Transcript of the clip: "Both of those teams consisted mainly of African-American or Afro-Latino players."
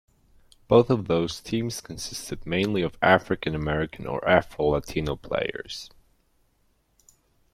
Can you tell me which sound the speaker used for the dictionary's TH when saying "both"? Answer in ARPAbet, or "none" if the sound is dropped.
TH